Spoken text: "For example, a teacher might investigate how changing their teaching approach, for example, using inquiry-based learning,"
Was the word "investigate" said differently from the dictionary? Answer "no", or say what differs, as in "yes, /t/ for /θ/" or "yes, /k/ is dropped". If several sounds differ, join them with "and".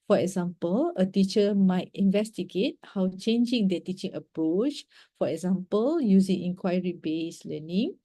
no